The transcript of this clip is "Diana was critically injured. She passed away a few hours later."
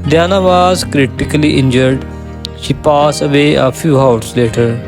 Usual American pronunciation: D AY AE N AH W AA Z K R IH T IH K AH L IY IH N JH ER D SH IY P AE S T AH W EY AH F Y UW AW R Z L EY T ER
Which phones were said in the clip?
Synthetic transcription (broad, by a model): D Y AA N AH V AA Z K R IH T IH K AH L IY IH N JH ER D SH IY P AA S AH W EY AH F Y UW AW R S L EY T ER